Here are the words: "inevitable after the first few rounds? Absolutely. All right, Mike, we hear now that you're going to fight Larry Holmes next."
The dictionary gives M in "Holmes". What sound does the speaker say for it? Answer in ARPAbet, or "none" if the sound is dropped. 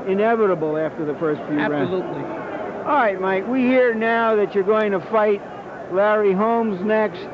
M